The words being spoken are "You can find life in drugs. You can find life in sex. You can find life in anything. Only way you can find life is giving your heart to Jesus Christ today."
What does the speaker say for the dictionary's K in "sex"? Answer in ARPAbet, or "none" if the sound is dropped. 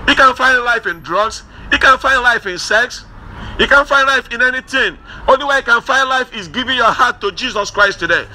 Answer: K